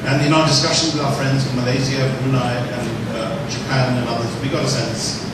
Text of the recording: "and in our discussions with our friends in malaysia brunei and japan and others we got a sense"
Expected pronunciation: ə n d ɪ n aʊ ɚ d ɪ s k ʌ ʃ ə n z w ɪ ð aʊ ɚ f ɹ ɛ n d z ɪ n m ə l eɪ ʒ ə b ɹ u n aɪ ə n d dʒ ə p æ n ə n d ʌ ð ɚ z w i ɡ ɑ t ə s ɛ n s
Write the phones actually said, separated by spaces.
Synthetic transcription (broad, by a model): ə n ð ɪ n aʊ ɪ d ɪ s k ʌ ʃ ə n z w ɪ ð aʊ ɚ f ɹ ɛ n d z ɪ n m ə l eɪ z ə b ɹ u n aɪ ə n dʒ ə p æ n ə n ʌ ð ɚ z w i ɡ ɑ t ə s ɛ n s